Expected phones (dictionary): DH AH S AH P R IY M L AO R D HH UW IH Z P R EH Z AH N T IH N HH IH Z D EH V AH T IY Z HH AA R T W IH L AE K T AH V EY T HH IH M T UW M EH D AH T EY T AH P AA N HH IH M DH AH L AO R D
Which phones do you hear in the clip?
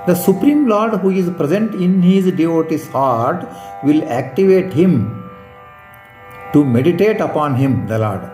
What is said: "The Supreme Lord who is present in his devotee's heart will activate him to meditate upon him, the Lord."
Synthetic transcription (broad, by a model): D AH S AH P R IY M L AO R D HH UW IH Z P R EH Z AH N T IH N HH IH Z D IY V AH T IY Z HH AA R T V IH L AE K T AH V EY T HH IH M T UW M EH D AH T EY T AH P AA N HH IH M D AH L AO R D